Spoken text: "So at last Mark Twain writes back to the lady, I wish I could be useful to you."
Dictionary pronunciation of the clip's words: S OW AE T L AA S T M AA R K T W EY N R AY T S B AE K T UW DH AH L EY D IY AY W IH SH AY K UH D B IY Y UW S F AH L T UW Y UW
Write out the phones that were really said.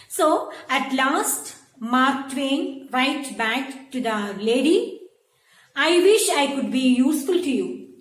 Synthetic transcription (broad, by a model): S OW AE T L AA S T M AA R K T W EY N R AY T B AE K T UW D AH L EY D IY AY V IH SH AY K UH D B IY Y UW S F AH L T UW Y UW